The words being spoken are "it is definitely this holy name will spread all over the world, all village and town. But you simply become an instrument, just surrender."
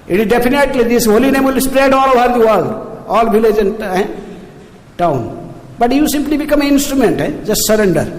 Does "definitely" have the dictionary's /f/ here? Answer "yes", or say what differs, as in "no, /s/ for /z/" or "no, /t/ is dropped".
no, /p/ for /f/